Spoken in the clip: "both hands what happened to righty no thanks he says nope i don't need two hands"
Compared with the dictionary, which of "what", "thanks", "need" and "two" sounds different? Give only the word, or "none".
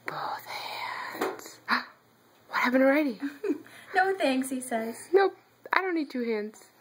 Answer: thanks